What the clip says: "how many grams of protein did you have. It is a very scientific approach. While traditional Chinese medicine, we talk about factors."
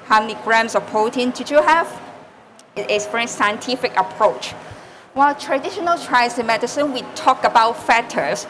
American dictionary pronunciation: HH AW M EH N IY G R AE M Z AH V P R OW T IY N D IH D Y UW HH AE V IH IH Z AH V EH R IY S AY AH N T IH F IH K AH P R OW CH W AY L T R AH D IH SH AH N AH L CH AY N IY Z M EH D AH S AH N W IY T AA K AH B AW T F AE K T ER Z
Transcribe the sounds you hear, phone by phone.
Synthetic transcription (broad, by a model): HH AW M EH N IY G R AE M S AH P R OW T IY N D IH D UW HH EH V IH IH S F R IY S AY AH N T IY F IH K AH P R OW CH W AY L T R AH D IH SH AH N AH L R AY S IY M EH D AH S AH N W IY T AA K AH B AW T F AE T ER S